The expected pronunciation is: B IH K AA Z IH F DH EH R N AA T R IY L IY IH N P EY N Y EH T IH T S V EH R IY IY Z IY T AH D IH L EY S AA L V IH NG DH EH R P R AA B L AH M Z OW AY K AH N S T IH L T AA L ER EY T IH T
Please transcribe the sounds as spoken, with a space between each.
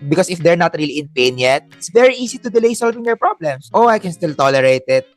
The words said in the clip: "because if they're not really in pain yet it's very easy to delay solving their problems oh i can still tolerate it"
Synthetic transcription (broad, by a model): B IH K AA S IH F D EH R N AA T R IY L IY IH N P EY N Y EH T IH T S V EH R IY IY S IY T AH D IH L EY S AA L V IH NG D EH R P R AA B L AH M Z OW AY K AH N S T IH L T AA L ER EY T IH T